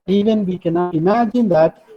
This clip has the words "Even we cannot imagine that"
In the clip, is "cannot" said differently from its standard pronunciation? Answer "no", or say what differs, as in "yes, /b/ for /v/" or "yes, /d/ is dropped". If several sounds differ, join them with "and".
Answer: yes, /t/ is dropped